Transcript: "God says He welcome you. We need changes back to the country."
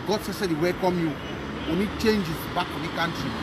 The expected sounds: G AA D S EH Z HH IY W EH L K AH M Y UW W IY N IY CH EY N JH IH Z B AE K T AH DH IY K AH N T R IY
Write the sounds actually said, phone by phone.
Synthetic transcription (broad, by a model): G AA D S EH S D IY W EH K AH M Y UW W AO N IY CH EY N JH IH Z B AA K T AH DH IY K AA N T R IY